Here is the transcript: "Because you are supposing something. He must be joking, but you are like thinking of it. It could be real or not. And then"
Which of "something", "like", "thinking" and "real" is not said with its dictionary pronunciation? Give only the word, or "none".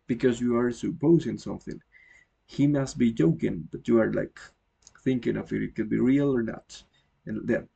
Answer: none